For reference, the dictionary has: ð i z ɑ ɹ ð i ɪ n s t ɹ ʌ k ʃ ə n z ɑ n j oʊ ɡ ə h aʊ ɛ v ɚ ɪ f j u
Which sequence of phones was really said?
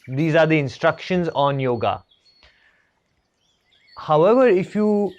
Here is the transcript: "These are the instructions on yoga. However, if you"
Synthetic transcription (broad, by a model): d i z ɑ ɹ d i ɪ n s t ɹ ʌ k ʃ ə n z ɑ n j oʊ ɡ ə h aʊ ɛ v ɚ ɪ f j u